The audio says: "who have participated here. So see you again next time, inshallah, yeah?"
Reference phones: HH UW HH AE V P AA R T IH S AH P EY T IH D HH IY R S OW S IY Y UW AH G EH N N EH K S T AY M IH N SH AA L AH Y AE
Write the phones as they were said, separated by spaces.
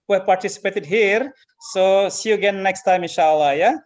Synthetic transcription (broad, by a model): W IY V P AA R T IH S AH P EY T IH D HH IY R S OW S IY Y UW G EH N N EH K S T AY M IH N SH AA L AH Y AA